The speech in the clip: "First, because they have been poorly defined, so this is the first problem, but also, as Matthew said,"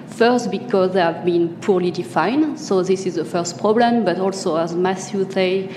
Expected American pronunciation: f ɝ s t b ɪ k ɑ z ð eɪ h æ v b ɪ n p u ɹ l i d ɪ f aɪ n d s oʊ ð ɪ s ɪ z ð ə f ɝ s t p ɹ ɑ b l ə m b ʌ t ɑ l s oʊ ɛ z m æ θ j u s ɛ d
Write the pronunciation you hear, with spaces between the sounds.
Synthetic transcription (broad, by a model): f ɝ s t b ɪ k ɑ z ð eɪ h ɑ v b ɪ n p u ɹ l i d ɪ f aɪ n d s oʊ ð ɪ s ɪ z ð ə f ɝ s t p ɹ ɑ b l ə m b ʌ t ɑ l s oʊ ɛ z m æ s j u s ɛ